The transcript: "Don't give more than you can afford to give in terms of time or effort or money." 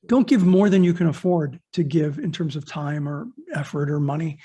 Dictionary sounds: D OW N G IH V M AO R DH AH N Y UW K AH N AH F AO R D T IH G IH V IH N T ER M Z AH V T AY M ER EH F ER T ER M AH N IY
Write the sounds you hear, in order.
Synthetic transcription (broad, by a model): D OW N G IH V M AO R DH AH N Y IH K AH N AH F AO R D T IH G IH V IH N T ER M Z AH V T AY M ER EH F ER T ER M AH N IY